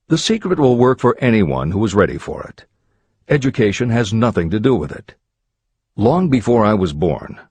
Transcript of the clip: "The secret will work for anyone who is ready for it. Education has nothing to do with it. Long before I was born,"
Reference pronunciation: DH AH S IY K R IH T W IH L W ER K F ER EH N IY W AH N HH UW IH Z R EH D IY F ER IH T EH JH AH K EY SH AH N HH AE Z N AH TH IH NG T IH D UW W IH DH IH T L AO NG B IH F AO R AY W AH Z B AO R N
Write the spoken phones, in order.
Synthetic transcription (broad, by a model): DH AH S IY K R IH T W IH L W ER K F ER EH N IY W AH N HH UW IH Z R EH D IY F ER IH T EH JH AH K EY SH AH N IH Z N AH TH IH NG T IH D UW W IH DH IH T L AO NG B IH F AO R AY W AH Z B AO R N